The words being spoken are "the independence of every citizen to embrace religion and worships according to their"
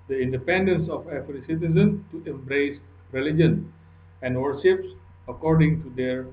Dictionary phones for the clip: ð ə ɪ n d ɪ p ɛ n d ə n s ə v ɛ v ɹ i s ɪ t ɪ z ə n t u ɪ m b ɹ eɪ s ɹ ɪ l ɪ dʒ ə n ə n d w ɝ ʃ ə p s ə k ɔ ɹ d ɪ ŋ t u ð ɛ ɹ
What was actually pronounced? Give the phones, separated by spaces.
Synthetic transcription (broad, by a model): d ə ɪ n d ɪ p ɛ n d ə n s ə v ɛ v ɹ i s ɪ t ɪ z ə n t u ɪ m b ɹ eɪ s ɹ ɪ l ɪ dʒ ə n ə n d w ɝ ʃ ə p s ə k ɔ ɹ d ɪ ŋ t u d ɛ ɹ